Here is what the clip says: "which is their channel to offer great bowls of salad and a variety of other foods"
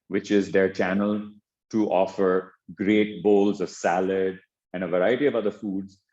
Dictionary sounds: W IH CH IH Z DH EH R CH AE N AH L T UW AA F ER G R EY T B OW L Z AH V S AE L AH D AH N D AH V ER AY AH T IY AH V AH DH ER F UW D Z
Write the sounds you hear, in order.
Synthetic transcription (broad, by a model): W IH CH IH Z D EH R CH AE N AH L T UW AA F ER G R EY T B OW L Z AH V S AE L AH D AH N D AH V ER AY AH T IY AH V AH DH ER F UW D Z